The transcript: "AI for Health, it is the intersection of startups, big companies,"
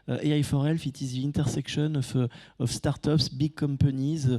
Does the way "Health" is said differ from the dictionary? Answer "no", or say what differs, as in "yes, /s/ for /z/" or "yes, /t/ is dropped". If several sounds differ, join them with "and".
yes, /f/ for /θ/